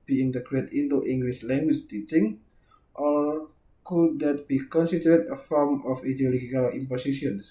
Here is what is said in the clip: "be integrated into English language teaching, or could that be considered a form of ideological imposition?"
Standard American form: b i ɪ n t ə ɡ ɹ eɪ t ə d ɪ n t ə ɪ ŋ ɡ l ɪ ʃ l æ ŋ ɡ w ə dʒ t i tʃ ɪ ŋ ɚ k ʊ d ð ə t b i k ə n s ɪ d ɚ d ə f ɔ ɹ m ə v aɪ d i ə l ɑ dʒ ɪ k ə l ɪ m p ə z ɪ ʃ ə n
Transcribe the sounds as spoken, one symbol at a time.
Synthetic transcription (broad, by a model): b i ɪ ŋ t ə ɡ ɹ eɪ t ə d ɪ t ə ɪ ŋ ɡ l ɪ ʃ l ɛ ŋ ɡ w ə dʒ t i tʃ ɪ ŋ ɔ k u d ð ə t b i k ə n s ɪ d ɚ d ə f ɔ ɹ m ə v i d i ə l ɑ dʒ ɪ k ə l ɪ m p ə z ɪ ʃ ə n